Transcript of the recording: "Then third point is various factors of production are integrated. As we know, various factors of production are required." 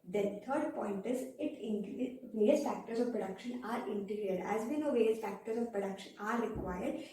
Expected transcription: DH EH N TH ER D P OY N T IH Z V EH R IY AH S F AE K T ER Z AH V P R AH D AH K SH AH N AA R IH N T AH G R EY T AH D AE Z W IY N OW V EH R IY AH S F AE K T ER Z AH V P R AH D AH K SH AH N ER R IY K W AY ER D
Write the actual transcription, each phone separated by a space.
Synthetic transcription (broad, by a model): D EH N T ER D P OY N T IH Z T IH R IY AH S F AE K T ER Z AH V P R AH D AH K SH AH N AA R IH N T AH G R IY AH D AE Z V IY N OW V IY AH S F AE K T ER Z AH V P R AH D AH K SH AH N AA R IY K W AY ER D